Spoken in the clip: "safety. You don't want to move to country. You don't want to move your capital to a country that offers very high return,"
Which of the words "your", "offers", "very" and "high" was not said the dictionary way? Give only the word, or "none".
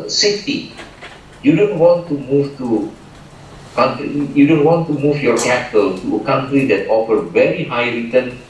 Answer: offers